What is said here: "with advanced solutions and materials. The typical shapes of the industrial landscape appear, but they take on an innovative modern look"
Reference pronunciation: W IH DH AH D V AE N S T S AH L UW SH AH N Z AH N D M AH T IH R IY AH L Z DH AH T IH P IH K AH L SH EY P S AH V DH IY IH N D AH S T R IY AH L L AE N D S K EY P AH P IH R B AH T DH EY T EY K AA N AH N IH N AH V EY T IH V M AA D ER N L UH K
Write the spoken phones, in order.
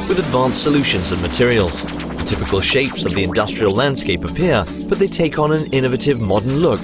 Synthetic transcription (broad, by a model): W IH DH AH D V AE N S S AH L UW SH AH N Z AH N M AH T IH R IY AH L Z DH AH T IH P IH K AH L SH EY P S AH V DH IY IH N D AH S T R IY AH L L AE N D S K EY P AH P IH R B AH T DH EY T EY K N AH N IH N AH V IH T IH V M AA D ER N L UH K